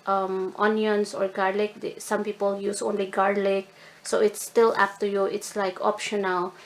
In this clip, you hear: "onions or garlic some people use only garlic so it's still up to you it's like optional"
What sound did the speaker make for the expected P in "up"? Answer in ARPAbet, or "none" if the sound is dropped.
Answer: F